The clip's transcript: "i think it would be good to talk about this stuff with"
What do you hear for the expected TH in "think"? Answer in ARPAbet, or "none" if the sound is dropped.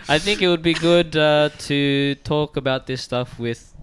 TH